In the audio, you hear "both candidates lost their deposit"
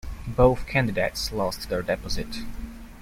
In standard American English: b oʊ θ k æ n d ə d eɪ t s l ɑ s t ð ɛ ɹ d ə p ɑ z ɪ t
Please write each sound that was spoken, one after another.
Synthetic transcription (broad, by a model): b oʊ θ k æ n d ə d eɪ t s l ɑ s t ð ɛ ɹ d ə p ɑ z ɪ t